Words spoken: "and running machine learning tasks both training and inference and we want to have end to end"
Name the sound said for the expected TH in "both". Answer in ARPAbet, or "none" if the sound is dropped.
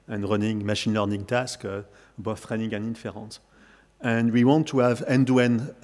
F